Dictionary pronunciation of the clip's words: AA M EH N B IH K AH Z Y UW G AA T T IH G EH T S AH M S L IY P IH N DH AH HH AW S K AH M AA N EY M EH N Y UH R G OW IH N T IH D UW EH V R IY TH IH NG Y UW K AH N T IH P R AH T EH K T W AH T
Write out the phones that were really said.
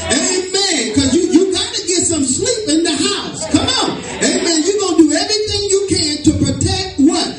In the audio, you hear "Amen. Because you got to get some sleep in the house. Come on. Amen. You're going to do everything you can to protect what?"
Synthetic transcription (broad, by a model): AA M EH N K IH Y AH Y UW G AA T T IH G EH T S AH M S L IY P IH N DH AH HH AW S K AH M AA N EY M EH N Y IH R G OW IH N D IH EH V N IY TH IH NG Y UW K AH N T IH P R AH T EH K T W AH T